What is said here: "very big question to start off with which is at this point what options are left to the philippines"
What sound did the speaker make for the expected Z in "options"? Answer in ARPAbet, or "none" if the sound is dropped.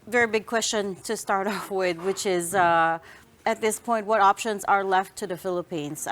Z